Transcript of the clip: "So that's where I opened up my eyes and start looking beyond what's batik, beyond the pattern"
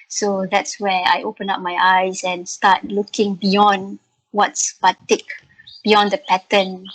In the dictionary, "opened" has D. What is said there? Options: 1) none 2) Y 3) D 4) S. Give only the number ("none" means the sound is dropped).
1